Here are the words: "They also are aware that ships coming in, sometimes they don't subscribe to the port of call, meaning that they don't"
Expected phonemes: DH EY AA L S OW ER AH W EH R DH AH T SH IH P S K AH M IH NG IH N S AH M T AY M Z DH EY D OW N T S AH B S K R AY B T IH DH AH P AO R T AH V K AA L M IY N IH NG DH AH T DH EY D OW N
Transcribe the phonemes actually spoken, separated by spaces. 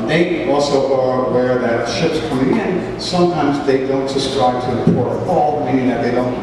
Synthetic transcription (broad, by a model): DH EY AA L S OW ER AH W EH R DH AH T SH IH P S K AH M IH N IH N S AH M T AY M Z DH EY D OW N T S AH S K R AY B T IH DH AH P AO R T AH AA L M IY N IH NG DH AH T DH EY D OW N